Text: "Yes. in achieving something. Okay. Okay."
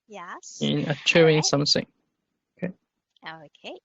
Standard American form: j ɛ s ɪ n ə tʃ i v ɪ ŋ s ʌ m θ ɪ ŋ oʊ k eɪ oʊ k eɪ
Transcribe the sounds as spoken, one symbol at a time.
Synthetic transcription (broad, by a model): j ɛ ɪ n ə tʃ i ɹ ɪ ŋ s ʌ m s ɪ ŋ oʊ k eɪ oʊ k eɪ